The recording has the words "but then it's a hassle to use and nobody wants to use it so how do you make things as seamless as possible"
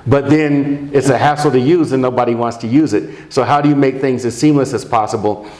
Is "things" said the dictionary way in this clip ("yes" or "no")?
yes